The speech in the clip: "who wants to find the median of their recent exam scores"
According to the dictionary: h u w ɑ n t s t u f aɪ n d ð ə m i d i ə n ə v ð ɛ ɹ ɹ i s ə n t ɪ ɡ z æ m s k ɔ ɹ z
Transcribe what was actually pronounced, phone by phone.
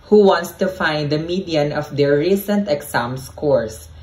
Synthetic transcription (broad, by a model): h u w ɑ n t s t u f aɪ n d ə m i d i ə n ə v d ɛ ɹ ɹ i s ə n t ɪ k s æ m s k ɔ ɹ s